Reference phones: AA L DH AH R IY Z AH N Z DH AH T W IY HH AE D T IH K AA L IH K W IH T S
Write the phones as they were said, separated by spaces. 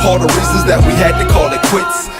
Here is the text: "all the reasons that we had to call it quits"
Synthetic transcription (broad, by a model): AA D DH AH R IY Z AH Z DH AH T W IY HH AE D T IH K AA L IH K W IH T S